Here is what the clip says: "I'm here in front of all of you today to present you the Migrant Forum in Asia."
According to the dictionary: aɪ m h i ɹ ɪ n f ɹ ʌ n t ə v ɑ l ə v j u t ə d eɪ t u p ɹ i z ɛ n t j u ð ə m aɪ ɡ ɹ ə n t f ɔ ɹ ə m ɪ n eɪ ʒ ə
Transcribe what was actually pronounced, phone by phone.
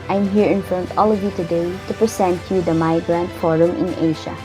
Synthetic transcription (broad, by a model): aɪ m h i ɹ ɪ n f ɹ ʌ n t ɑ l ə v j u t ə d eɪ t u p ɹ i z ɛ n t j u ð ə m aɪ ɡ ɹ ə n t f ɔ ɹ ə m ɪ n eɪ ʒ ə